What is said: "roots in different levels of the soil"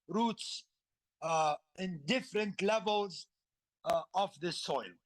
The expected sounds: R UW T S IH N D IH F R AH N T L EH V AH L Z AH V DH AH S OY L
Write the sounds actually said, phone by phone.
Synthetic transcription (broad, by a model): R UW T S IH N D IH F R AH N T L EH V AH L Z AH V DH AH S OY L